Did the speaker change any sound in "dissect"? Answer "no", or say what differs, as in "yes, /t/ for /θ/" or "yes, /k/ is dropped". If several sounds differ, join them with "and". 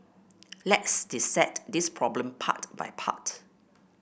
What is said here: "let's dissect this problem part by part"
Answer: yes, /k/ is dropped